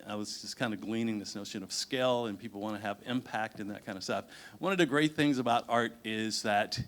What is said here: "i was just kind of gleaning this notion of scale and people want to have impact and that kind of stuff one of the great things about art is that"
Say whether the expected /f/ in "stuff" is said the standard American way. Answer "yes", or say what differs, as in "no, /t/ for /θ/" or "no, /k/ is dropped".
yes